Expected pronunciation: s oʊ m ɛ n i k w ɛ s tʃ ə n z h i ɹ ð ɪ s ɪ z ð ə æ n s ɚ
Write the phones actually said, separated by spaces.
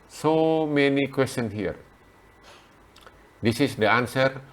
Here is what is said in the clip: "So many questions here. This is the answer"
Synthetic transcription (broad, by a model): s oʊ m ɛ n i k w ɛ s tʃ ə n h i ɹ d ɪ s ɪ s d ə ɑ n s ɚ